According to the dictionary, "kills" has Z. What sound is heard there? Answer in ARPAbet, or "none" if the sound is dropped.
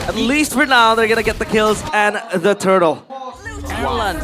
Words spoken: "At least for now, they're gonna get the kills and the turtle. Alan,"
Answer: Z